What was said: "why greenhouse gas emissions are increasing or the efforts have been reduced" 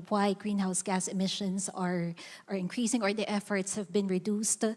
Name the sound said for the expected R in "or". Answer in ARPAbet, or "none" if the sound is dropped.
R